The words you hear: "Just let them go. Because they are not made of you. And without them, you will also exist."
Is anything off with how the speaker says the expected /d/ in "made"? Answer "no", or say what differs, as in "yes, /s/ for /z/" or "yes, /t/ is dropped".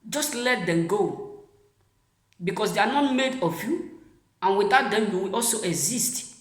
no